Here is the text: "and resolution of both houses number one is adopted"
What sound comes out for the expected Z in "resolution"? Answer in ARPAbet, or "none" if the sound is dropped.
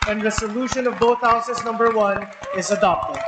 S